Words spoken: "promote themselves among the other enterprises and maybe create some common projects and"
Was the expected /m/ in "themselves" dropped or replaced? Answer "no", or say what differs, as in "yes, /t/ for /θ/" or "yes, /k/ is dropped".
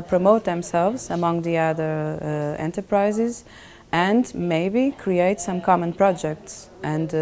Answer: no